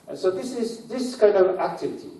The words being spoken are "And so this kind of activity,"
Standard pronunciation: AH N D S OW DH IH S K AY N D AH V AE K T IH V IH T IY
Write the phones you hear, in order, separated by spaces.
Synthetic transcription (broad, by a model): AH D S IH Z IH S K AY N D AH V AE K T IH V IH T IY